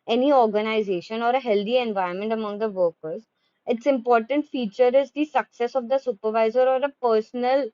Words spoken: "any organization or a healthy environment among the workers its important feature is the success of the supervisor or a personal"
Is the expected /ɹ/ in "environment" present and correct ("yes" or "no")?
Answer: no